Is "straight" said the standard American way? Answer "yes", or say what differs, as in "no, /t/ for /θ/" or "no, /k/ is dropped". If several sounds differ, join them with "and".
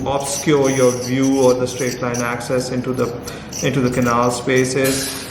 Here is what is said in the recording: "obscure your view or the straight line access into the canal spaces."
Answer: yes